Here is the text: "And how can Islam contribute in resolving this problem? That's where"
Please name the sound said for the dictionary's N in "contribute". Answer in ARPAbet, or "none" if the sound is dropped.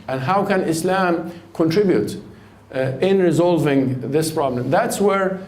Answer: N